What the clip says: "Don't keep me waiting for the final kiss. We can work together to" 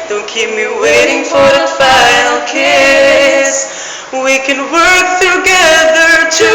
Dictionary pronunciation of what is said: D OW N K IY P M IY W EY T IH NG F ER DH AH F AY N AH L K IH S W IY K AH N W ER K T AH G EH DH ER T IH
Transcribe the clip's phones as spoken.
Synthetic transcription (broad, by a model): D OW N K IY P M IY W EY T IH NG F ER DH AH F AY AH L K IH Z W IY K AH N W ER K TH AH G EH DH ER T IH